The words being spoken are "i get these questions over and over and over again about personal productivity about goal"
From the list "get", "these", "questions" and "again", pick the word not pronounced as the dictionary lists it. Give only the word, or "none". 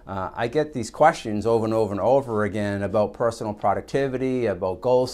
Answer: none